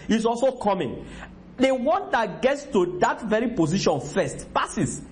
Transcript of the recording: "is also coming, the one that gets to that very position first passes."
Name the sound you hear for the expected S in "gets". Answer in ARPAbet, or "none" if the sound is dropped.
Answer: S